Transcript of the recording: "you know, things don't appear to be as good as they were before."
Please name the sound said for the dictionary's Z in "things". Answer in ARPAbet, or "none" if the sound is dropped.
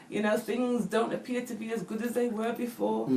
Z